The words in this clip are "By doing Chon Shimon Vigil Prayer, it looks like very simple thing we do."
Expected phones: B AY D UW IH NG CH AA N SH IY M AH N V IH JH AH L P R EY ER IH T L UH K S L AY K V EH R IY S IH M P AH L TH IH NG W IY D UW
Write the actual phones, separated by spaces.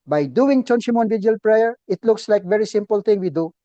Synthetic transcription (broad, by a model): B AY D UW IH NG CH AA N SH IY M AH N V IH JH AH L P R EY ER IH T L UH K S L AY K V EH R IY S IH M P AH L T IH NG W IY D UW